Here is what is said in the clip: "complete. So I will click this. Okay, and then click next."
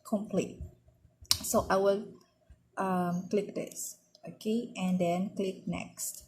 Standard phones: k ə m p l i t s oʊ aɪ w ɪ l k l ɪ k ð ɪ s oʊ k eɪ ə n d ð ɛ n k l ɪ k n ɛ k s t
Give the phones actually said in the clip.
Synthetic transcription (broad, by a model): k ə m p l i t s oʊ aɪ w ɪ l k l ɪ k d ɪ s oʊ k eɪ ə n d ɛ n k l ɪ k n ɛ k s t